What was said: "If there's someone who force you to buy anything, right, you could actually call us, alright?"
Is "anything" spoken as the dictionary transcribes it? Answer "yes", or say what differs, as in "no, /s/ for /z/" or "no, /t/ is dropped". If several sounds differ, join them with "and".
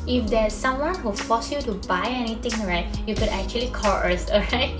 no, /t/ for /θ/